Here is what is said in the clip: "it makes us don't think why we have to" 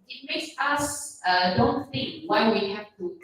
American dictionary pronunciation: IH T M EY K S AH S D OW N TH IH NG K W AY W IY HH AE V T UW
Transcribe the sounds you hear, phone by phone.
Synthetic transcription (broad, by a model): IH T M EY K S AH S D OW N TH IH NG K W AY W IY HH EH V T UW